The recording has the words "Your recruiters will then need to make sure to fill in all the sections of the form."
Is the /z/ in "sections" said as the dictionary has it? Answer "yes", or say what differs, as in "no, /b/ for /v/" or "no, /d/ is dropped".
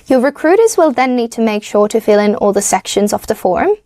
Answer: yes